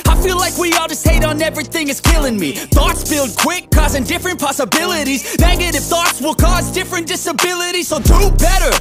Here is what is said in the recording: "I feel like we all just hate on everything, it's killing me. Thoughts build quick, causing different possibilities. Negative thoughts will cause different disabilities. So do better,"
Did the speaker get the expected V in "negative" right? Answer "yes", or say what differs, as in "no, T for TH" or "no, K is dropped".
no, F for V